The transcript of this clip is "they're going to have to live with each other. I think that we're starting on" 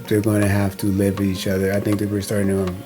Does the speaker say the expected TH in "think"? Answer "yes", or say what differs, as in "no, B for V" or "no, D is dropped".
yes